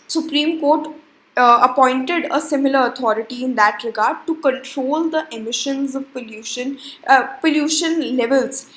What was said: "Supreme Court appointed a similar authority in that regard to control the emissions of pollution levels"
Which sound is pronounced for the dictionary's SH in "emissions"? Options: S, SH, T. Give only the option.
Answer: SH